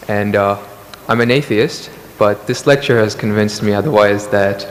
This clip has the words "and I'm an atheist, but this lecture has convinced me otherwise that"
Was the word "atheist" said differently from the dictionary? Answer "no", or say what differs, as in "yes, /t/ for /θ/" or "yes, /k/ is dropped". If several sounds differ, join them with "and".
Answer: no